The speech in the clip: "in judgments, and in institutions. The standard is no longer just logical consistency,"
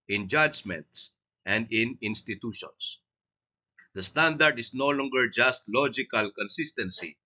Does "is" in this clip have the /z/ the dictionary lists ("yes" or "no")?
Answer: no